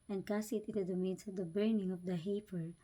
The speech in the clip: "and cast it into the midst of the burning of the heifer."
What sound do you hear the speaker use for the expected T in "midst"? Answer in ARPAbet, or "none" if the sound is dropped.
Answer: none